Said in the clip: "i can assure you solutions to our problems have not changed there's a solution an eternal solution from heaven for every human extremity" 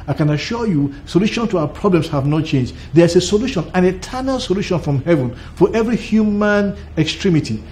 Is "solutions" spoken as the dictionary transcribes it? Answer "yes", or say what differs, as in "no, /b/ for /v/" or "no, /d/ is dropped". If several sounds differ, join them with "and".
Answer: no, /z/ is dropped